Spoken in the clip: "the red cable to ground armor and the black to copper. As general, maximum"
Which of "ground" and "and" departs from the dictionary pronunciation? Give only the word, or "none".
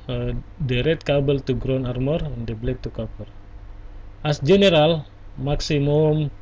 ground